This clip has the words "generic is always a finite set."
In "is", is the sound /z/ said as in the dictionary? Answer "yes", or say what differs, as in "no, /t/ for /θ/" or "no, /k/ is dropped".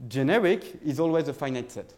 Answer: yes